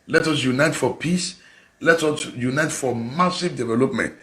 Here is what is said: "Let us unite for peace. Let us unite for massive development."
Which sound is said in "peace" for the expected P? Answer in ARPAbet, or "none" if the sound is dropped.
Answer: P